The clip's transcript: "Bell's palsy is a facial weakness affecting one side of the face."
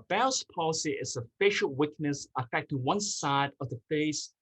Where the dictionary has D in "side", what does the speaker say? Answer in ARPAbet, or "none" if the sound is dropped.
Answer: D